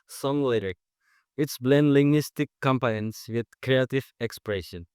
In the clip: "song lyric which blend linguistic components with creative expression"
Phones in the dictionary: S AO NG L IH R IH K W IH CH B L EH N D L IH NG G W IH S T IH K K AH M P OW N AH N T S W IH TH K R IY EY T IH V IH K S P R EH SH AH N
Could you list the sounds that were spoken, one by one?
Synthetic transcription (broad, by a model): S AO NG L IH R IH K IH S B L EH N D L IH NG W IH S T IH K K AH M P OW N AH N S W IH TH K R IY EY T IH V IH K S P R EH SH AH N